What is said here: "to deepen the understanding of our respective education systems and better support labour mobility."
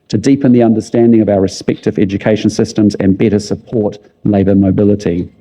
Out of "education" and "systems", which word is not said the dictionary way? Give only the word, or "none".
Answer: none